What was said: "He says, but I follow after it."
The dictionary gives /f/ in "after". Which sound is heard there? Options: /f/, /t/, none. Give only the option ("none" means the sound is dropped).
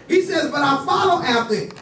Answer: none